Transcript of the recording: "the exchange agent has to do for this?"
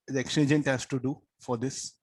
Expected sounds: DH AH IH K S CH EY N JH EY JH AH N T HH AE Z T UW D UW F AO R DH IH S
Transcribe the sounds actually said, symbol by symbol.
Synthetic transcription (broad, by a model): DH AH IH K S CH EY JH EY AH N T HH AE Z T UW D UW F AO R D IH S